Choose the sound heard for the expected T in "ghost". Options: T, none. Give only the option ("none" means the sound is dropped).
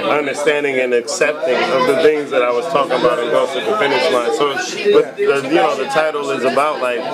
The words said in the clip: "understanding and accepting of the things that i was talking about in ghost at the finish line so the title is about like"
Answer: none